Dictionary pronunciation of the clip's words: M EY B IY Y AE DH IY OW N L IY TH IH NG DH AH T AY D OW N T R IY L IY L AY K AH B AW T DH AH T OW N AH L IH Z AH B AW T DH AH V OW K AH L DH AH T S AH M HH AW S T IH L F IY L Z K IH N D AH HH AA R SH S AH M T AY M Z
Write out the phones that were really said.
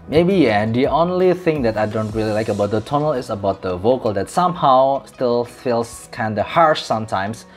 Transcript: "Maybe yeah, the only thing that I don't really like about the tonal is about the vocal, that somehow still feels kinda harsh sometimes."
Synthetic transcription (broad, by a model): M EY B IY Y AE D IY OW N L IY TH IH NG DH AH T AY D OW N T R IY L IY L AY K AH B AW T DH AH T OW N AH L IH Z AH B AW T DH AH V OW K AH L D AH T S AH M HH AW S T IH L F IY L S K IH N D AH HH AA R SH S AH M T AY M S